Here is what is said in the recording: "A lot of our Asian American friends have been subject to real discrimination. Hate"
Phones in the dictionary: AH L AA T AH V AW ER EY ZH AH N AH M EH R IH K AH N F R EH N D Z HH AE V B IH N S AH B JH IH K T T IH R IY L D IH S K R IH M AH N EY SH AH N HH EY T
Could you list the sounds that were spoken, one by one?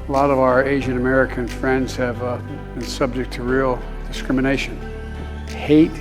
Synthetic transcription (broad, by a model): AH L AA T AH V AW ER EY ZH AH N AH M EH R IH K AH N F R EH N D Z HH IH V B IH N S AH B JH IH K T T IH R IY L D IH S K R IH M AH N EY SH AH N HH EY T